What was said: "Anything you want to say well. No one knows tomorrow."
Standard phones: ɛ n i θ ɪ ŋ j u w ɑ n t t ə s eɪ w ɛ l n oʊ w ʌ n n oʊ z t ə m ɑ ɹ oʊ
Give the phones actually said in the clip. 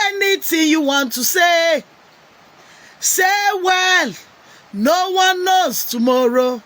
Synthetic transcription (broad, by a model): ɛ n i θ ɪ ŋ j u w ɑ n t s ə s eɪ w ɛ l n oʊ w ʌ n n oʊ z t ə m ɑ ɹ oʊ